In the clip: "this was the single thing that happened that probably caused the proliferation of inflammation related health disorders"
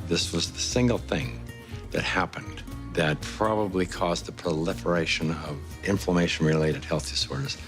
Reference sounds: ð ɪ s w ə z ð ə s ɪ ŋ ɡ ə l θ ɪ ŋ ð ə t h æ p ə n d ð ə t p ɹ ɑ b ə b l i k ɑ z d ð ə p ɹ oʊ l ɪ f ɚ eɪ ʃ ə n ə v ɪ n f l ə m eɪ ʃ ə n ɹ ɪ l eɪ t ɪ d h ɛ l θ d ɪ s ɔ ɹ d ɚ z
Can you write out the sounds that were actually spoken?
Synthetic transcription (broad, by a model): ð ɪ s w ə z ð ə s ɪ ŋ ɡ l θ ɪ ŋ ð ə t h æ p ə n ð ə t p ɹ ɑ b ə b l i k ɑ z ð ə p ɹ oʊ l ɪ f ɚ eɪ ʃ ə n ə v ɪ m f l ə m eɪ ʃ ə n ɹ ɪ l eɪ t ɪ d h ɛ l θ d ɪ s ɔ ɹ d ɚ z